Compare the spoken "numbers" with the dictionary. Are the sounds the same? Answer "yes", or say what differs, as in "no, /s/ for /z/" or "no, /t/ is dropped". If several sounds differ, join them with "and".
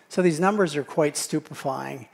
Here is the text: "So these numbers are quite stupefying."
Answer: yes